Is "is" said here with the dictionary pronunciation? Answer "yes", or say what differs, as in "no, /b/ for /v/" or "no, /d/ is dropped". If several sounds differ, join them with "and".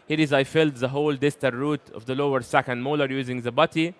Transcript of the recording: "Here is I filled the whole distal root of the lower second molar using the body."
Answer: yes